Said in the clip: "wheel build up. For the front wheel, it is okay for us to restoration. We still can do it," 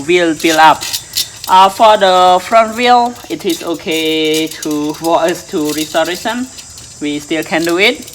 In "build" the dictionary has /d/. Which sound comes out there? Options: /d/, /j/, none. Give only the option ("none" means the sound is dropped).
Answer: none